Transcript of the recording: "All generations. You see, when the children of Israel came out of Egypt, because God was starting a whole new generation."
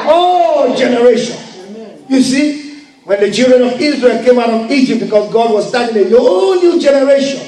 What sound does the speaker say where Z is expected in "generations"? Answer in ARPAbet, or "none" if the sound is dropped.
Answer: none